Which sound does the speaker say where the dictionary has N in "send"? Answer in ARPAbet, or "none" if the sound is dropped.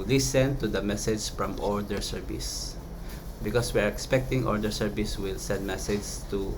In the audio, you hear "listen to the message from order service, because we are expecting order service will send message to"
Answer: N